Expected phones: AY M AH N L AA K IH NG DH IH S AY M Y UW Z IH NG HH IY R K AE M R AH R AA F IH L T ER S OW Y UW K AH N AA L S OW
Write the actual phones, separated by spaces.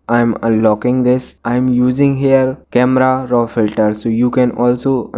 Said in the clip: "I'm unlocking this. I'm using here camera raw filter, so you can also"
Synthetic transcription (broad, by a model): AY M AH L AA K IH NG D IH S AY M Y UW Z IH NG HH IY R K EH M R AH R AA F IH L T ER S OW Y UW K AH N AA L S OW